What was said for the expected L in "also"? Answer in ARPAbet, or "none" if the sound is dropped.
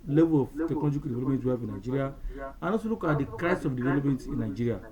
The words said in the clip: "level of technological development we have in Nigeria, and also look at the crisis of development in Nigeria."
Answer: none